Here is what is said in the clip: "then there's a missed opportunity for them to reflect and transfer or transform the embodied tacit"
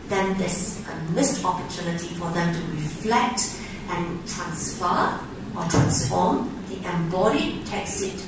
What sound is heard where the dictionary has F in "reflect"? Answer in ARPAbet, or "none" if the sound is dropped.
F